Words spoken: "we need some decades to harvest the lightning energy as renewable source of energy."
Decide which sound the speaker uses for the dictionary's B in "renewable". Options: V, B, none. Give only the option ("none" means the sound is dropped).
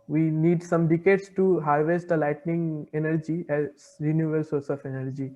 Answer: none